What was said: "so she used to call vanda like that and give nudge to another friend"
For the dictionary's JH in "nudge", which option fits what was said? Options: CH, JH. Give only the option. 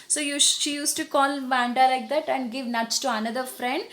CH